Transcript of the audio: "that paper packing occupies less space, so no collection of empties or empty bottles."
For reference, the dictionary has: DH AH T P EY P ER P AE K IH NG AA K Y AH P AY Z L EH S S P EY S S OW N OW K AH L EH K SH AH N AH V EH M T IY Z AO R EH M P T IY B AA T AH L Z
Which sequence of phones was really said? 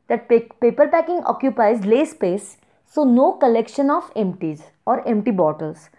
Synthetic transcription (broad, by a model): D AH T P EY P ER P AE K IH NG AA K Y AH P AY Z L EH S S P EY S S OW N OW K AH L EH K SH AH N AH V EH M T IY Z AO R EH M P T IY B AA T AH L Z